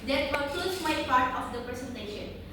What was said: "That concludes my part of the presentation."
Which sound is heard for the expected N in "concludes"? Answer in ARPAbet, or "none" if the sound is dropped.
none